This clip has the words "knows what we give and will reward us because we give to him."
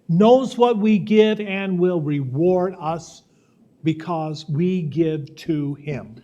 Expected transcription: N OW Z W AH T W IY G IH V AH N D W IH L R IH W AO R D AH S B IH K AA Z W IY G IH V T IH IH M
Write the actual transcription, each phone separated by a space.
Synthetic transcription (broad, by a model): N OW Z W AH T W IY G IH V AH N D W IH L R IH W AO R D AH S B IH K AA Z W IY G IH V T IH IH M